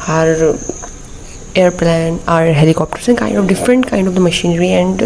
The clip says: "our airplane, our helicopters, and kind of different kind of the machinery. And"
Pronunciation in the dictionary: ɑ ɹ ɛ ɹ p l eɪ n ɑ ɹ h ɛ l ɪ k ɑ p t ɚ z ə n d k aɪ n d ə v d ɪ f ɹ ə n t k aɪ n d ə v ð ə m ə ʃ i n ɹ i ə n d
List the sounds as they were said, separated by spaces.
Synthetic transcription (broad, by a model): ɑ ɹ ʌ ɹ p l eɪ n ɑ ɹ h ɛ l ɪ k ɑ p t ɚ s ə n k aɪ n d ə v d ɪ f ɹ ə n t k aɪ n d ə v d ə m ə ʃ i n ɹ i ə n d